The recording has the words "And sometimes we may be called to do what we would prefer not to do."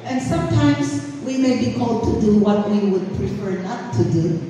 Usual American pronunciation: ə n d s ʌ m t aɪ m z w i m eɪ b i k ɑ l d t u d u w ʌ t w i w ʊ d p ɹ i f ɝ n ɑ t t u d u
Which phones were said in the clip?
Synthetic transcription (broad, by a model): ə n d s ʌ m t aɪ m s w i m eɪ b i k ɑ l d t u d u w ʌ t w i w ʊ d p ɹ i f ɝ n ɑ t t u d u